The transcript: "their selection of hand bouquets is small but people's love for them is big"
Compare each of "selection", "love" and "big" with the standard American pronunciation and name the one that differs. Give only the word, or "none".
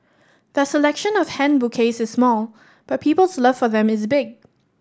none